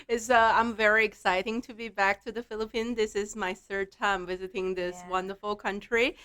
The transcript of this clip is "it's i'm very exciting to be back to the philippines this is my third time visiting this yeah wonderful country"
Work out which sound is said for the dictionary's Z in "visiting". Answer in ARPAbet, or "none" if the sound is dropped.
Z